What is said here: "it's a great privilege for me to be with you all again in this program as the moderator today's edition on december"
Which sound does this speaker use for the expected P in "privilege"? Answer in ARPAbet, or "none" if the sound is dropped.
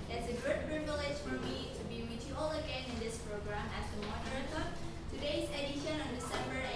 B